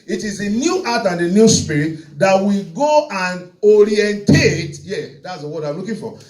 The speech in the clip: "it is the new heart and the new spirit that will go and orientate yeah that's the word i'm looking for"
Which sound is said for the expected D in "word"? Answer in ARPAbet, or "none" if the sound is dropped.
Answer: none